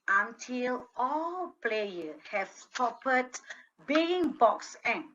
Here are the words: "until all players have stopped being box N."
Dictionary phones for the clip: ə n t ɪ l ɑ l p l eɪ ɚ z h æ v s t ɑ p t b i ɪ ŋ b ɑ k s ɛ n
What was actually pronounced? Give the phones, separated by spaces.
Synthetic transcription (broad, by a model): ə n t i l ɑ l p l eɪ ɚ h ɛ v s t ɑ p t b i ɪ ŋ b ɑ k s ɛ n